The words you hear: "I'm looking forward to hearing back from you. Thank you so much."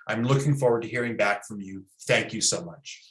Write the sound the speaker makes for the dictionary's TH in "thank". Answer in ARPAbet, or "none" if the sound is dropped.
TH